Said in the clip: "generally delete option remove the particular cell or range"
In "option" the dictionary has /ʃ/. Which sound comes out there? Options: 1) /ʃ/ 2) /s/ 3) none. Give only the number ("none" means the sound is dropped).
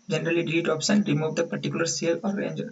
2